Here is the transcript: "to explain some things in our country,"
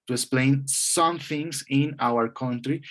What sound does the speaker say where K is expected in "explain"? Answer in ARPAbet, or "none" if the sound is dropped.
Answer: K